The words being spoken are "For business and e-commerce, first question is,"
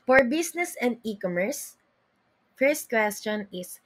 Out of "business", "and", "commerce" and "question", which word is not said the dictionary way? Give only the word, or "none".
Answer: business